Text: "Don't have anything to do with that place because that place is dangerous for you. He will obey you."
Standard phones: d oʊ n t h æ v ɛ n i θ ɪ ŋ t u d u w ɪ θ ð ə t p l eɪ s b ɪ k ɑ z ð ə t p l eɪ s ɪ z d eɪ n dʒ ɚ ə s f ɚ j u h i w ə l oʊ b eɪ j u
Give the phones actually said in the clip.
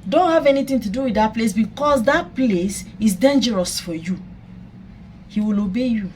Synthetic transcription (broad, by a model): d oʊ n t h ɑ v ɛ n i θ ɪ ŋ t u d u w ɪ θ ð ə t p l eɪ s b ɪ k ɑ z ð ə t p l eɪ s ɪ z d eɪ n dʒ ɚ ə s f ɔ j u h i w ə l oʊ b eɪ j u